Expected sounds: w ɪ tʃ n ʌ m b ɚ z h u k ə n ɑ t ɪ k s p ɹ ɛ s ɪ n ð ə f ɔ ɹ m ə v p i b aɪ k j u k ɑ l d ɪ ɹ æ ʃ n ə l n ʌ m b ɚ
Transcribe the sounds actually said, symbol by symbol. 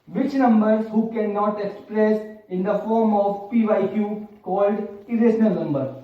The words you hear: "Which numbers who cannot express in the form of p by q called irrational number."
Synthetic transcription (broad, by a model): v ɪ tʃ n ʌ m b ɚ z h u k ə n ɑ t ɪ k s p ɹ ɛ s ɪ n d ə f ɔ ɹ m ə v p i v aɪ k j u k ɑ l d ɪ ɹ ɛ s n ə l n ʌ m b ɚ